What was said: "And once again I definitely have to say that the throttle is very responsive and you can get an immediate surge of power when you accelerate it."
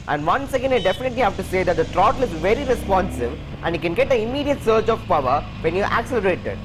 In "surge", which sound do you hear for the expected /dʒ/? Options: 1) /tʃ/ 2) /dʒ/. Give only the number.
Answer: 1